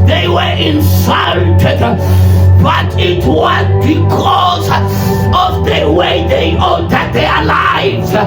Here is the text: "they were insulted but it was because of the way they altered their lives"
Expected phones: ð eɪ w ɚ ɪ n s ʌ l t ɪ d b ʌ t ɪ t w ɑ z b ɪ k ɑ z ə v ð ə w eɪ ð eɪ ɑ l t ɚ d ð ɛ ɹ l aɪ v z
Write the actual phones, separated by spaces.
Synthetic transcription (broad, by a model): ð eɪ w ɚ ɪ n s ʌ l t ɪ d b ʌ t ɪ t w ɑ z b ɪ k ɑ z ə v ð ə w eɪ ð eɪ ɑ t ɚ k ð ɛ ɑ l aɪ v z